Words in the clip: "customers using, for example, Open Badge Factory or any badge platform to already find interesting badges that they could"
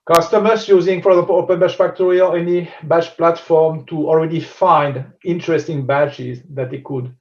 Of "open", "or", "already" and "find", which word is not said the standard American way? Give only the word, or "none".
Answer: or